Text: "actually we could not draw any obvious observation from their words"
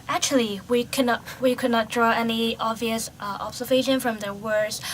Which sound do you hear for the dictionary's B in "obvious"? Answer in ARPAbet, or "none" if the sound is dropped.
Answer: B